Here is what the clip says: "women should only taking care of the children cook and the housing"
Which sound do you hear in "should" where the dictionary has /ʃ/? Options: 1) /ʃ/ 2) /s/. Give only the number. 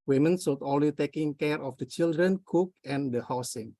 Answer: 2